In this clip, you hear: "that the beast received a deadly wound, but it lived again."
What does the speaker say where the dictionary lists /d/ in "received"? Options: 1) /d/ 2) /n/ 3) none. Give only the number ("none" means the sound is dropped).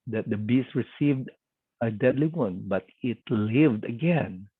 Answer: 1